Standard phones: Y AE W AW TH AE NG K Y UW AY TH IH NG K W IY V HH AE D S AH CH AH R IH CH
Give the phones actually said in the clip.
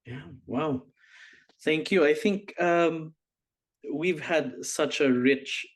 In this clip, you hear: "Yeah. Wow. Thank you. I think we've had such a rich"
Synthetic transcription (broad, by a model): Y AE W AW TH AE NG K Y UW AY TH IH NG K W IY V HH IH D S AH CH AH R IH CH